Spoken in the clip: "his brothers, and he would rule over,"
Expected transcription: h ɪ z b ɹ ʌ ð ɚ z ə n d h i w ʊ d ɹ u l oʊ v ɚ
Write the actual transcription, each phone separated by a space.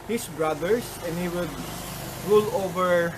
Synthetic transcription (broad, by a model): h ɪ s b ɹ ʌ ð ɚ s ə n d h i w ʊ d ɹ u l oʊ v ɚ